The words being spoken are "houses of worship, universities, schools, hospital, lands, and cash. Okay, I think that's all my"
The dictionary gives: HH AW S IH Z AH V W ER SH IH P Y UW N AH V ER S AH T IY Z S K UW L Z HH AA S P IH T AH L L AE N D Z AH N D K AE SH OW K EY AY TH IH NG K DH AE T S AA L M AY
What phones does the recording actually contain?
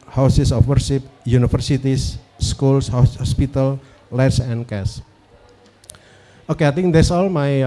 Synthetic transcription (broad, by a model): HH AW S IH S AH F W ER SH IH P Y UW N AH F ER S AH T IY S K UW L S HH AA S P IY T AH L L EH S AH N K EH S OW K EY AY T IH NG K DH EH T S AA L M AY